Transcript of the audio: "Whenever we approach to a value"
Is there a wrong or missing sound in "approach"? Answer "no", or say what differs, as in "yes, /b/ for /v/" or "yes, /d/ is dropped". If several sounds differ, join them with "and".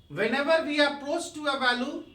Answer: yes, /s/ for /tʃ/